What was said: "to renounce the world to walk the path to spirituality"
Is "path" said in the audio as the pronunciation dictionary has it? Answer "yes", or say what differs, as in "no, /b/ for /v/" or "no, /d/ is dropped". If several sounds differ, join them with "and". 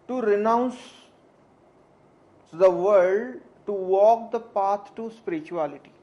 no, /t/ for /θ/